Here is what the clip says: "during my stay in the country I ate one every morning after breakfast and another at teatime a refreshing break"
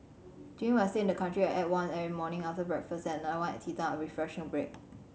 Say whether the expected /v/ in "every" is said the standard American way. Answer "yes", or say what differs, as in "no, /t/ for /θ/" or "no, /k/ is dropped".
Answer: no, /v/ is dropped